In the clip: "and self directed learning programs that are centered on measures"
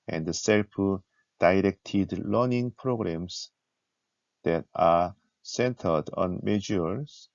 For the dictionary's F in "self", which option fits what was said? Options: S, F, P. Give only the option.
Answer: P